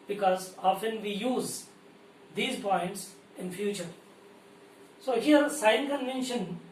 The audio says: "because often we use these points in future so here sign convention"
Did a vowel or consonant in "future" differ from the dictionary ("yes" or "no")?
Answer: no